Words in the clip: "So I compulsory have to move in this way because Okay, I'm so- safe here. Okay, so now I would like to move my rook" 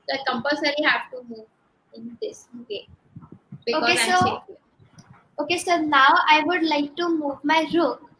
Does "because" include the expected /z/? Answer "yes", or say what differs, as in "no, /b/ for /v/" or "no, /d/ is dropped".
no, /z/ is dropped